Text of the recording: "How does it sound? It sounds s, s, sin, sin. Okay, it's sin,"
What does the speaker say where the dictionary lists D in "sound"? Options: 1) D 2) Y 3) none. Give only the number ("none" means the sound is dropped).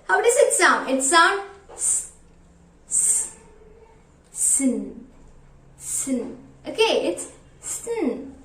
3